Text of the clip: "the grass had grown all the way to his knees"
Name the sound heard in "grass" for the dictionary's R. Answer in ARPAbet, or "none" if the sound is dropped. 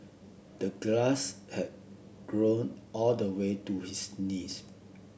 L